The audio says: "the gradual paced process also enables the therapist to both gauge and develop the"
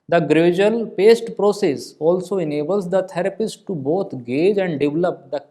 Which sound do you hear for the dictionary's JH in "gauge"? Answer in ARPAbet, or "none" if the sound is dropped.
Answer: JH